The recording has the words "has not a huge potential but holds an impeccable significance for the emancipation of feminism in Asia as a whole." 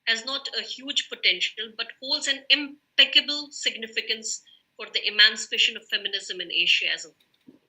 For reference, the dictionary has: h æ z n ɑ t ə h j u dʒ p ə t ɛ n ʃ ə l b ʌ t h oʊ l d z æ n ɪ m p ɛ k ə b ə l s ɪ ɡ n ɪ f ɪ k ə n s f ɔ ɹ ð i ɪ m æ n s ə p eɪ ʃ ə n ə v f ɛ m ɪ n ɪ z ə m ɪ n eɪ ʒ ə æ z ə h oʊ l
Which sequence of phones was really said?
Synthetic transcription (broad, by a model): h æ z n ɑ t ə h j u dʒ p ə t ɛ n ʃ ə l b ʌ t h oʊ l d z æ n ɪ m p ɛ k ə b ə l s ɪ ɡ n ɪ f ɪ k ə n s f ɔ ɹ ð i ɪ m æ n s ə p eɪ ʃ ə n ə v f ɛ m ɪ n ɪ z ə m ɪ n eɪ ʃ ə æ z ə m